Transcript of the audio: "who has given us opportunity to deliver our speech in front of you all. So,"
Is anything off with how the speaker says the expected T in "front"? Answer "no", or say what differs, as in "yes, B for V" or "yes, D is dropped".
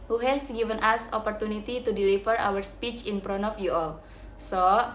yes, T is dropped